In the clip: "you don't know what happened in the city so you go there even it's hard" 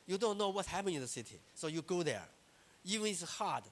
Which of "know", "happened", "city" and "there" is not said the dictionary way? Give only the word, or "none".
happened